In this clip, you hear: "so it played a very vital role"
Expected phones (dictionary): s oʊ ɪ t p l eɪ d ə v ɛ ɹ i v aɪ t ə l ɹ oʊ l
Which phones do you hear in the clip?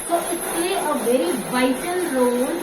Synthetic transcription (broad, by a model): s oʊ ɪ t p l eɪ ə v ɛ ɹ i v aɪ t ə l ɹ oʊ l